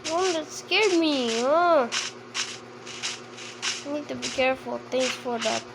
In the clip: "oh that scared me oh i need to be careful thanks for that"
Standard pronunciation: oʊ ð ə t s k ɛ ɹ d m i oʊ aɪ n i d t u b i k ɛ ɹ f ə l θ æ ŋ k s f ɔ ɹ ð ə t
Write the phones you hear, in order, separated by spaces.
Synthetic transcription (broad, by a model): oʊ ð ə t s k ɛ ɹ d m i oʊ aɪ n i d t u b i k ɛ ɹ f ə l t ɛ ŋ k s f ɔ ɹ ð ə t